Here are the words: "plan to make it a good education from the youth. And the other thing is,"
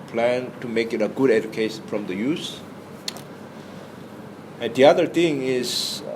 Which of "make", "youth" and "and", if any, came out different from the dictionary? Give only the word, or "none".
youth